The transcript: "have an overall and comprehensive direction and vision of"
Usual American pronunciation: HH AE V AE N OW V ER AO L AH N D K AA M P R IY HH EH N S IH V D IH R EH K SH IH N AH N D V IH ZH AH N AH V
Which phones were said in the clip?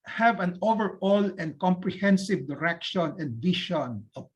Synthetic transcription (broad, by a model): HH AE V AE N OW V ER AO L AH N D K AA M P R IY HH EH N S IH V D IH R EH K SH IH N AH N D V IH SH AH N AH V